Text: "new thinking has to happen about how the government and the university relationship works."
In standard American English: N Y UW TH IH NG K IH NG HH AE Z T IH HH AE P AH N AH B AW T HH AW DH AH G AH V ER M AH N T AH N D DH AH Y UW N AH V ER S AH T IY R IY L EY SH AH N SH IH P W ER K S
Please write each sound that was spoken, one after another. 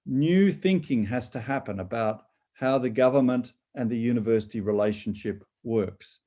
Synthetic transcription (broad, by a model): N Y UW TH IH NG K IH NG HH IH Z T IH HH AE P AH N AH B AW T HH AW DH AH G AH V ER M AH N T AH N DH AH Y UW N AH V ER S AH T IY R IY L EY SH N SH IH P W ER K S